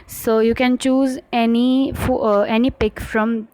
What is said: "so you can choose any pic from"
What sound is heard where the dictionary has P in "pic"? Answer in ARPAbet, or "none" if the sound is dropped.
P